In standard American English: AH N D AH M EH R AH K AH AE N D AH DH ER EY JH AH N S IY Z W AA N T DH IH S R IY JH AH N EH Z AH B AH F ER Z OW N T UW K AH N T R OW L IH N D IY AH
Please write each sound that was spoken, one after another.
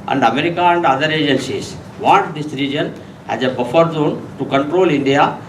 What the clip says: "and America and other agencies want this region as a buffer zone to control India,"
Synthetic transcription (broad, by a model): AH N D AH M EH R AH K AH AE N D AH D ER EY JH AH N S IY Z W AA T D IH S R IY JH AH N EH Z AH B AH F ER Z OW N T UW K AH N T R OW L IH N D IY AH